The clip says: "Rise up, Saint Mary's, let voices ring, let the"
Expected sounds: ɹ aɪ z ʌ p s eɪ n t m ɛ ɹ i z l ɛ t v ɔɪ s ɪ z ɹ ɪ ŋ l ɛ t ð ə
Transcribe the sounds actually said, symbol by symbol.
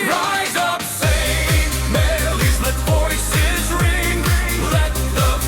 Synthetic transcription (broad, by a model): ɹ aɪ z ʌ p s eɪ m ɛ l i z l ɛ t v ɔɪ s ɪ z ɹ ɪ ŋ l ɛ t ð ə